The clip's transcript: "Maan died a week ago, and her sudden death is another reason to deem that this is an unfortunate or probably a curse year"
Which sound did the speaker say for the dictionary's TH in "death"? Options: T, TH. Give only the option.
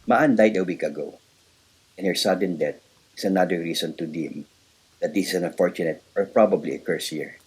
T